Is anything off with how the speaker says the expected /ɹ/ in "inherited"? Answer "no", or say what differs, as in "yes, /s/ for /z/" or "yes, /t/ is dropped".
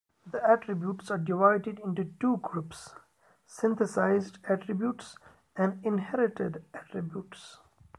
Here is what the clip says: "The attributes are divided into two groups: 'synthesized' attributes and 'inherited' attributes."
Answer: no